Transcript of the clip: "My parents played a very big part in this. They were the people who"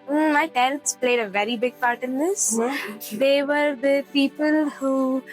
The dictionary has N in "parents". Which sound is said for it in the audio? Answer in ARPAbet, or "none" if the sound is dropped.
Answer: none